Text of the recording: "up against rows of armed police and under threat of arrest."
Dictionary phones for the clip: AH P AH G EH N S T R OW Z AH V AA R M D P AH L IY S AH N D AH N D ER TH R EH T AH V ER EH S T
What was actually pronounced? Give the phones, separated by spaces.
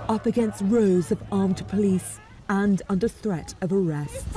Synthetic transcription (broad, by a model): AH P AH G EH N S T R OW Z AH V AA R M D P AH L IY S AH N AH N D ER TH R EH T AH V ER EH S T